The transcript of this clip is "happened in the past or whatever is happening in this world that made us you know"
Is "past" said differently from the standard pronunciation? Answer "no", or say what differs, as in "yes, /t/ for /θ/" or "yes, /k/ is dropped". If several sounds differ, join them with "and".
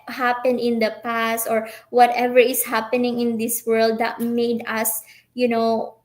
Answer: no